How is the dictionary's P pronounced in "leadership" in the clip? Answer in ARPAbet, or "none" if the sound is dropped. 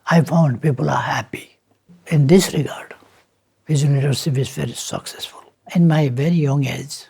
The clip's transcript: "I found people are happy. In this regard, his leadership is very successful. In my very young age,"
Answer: F